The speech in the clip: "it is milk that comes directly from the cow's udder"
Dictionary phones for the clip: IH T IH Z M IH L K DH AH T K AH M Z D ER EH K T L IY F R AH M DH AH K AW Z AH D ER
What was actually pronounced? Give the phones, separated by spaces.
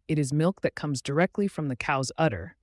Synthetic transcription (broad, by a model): IH T IH Z M IH L K DH AH T K AH M Z D ER EH K T L IY F R AH M DH AH K AW Z AH D ER